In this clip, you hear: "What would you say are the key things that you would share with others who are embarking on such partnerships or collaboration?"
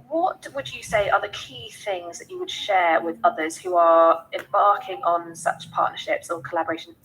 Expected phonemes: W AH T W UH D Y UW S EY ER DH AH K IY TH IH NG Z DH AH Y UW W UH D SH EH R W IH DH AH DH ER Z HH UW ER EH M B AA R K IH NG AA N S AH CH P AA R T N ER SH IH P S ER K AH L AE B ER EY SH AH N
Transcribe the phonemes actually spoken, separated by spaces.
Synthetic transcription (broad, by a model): W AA T W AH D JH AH S EY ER DH AH K IY TH IH NG Z DH AH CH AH W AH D SH EH R W IH DH AH DH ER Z HH UW ER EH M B AA K IH NG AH N S AH CH P AA T N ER SH IH P S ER K AH L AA B ER EY SH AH N